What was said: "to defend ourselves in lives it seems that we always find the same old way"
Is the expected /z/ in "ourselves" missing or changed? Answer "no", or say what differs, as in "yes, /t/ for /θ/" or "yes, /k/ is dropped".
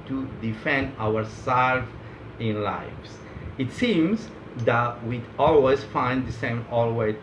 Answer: yes, /z/ is dropped